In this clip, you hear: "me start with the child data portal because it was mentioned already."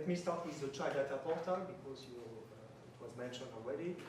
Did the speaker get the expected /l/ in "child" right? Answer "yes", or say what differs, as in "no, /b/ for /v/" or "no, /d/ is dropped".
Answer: no, /l/ is dropped